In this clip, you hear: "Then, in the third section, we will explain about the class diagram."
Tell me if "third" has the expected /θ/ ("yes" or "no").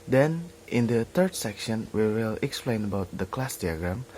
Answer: no